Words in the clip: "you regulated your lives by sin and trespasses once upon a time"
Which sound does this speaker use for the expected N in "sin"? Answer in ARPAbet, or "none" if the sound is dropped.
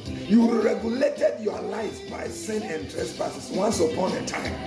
N